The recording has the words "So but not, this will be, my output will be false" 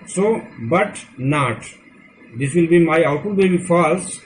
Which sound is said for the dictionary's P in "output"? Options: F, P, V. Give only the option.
F